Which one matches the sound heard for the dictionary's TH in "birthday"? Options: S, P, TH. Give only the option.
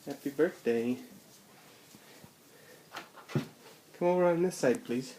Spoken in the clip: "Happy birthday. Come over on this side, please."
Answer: TH